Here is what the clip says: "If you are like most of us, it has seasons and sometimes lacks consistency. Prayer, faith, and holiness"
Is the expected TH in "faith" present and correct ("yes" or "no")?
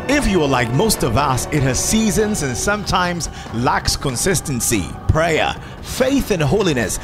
yes